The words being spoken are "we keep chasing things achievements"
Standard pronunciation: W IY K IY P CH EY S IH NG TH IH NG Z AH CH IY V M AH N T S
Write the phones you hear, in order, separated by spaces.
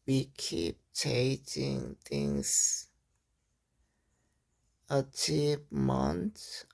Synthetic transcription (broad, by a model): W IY K IY P CH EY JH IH NG T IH NG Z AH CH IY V M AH N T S